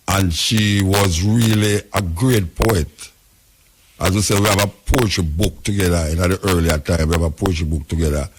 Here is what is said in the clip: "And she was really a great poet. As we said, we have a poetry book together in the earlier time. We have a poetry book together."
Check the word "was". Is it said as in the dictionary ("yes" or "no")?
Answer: yes